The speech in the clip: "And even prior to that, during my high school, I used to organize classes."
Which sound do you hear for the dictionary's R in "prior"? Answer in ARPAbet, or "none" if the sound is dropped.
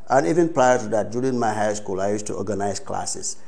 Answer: L